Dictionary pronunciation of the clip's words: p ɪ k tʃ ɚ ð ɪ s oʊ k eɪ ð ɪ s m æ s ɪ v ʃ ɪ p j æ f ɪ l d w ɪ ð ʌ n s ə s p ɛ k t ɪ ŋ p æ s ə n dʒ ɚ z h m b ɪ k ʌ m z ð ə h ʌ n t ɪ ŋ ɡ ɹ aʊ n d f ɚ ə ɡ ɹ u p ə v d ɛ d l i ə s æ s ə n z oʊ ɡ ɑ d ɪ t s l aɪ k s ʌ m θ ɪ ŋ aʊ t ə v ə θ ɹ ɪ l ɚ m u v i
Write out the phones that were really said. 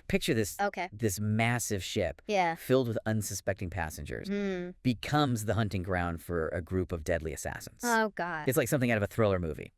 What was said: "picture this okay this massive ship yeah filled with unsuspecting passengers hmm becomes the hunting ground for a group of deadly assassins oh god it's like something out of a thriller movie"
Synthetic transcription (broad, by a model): p ɪ k tʃ ɚ ð ɪ s oʊ k eɪ ð ɪ s m æ s ɪ v ʃ ɪ p j æ f ɪ l d w ɪ ð ʌ n s ə s p ɛ k t ɪ ŋ p æ s ə n dʒ ɚ z b ɪ k ʌ m z ð ə h ʌ n t ɪ ŋ ɡ ɹ aʊ n d f ɚ ə ɡ ɹ u p ə v d ɛ d l i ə s æ s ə n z oʊ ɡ ɑ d ɪ t s l aɪ k s ʌ m θ ɪ ŋ aʊ t ə v ə θ ɹ ɪ l ɚ m u v i